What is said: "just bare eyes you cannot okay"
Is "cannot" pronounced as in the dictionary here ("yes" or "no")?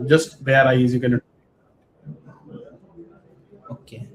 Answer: no